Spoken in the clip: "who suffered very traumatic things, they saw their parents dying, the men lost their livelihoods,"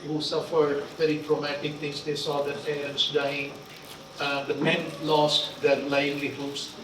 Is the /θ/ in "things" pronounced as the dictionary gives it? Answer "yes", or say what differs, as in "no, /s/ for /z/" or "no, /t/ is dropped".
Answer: no, /t/ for /θ/